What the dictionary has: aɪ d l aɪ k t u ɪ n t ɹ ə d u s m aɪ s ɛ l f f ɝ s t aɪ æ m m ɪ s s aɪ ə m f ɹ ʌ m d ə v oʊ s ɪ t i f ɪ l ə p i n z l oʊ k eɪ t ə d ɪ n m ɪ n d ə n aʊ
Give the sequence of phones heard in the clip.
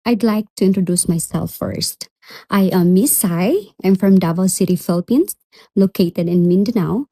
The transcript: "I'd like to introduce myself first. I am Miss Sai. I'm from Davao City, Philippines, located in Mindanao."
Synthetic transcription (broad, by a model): aɪ d l aɪ k t u ɪ n t ɹ ə d u s m aɪ s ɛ l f f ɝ s t aɪ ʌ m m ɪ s s aɪ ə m f ɹ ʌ m d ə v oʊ s ɪ t i f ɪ l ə p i n s l oʊ k eɪ t ə d ɪ n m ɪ n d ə n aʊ